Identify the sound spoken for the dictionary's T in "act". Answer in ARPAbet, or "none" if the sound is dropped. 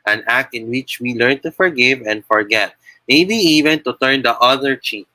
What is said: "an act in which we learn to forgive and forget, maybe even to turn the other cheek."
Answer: T